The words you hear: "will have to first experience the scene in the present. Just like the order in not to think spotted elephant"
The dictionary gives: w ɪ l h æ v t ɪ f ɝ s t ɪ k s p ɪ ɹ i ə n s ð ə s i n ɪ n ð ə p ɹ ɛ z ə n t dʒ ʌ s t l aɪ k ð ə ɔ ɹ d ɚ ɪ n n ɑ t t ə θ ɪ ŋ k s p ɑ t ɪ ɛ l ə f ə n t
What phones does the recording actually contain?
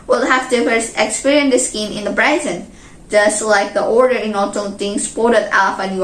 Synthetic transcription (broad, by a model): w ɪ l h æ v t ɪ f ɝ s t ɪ k s p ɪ ɹ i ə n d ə s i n ɪ n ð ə b ɹ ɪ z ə n dʒ ʌ s t l aɪ k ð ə ɔ ɹ d ɚ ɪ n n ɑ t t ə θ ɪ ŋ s p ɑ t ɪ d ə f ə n